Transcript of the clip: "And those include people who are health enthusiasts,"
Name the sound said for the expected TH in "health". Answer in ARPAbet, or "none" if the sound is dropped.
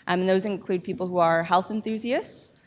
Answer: TH